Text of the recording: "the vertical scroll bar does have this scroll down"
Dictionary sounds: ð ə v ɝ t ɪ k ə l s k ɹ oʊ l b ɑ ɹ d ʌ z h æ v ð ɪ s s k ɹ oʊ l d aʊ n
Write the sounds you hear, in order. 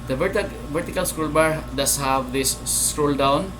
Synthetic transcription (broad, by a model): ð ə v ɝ t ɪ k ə l s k ɹ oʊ l b ɑ ɹ d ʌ s h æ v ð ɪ s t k ɹ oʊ l d aʊ n